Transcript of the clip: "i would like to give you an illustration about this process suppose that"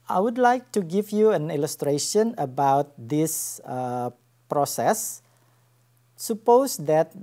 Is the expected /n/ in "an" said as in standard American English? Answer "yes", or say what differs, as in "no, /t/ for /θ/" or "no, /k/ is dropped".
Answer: yes